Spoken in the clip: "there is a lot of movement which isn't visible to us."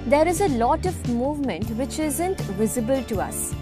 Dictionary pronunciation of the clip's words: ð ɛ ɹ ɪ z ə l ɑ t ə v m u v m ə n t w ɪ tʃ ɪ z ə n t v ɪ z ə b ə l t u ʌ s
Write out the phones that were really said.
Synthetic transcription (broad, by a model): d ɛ ɹ ɪ z ə l ɑ t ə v m u v m ə n t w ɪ tʃ ɪ z ə n t v ɪ z ə b ə l t u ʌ s